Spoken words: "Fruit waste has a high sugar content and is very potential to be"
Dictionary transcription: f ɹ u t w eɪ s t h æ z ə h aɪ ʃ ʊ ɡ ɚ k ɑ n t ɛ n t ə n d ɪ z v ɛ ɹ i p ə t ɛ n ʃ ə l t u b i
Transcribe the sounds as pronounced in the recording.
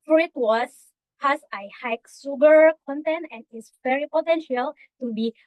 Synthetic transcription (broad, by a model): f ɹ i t w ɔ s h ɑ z ə h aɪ s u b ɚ k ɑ n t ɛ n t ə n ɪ s v ɛ ɹ i p ə t ɛ n ʃ ə l t u b i